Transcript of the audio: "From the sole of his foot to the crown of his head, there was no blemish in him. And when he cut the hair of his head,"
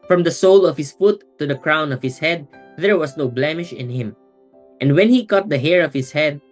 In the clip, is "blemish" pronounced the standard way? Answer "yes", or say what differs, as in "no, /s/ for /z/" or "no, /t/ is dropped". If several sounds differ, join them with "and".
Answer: yes